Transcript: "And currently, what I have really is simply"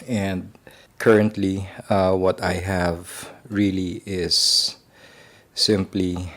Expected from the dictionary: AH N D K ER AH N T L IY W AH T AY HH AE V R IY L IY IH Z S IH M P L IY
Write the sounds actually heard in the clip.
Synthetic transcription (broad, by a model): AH N D K ER AH N T L IY W AH T AY HH AE V R IY L IY IH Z S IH M P L IY